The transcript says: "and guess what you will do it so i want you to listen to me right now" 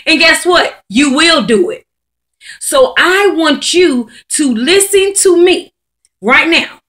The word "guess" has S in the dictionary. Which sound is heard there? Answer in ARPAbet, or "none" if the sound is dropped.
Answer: S